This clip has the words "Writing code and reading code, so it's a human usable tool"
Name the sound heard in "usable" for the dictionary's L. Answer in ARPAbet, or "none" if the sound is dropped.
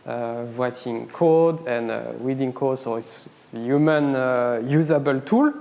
L